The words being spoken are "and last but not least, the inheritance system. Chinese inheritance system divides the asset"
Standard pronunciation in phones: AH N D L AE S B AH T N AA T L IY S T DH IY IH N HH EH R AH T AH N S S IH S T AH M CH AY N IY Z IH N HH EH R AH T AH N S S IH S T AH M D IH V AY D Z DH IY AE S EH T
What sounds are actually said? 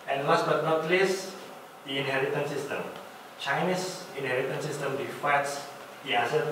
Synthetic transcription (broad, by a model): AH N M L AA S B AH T N AA T L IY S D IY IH N HH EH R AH T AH N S S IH S T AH M CH AY N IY S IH N HH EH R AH T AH N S S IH S T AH M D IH F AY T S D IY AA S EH